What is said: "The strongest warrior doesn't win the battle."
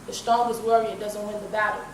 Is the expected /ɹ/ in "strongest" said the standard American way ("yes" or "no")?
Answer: no